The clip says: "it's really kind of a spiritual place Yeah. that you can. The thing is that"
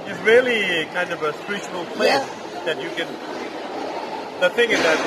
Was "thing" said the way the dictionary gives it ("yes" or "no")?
yes